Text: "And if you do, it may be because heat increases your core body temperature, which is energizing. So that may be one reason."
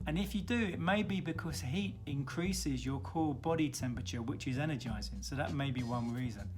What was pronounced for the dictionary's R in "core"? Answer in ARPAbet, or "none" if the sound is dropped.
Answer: L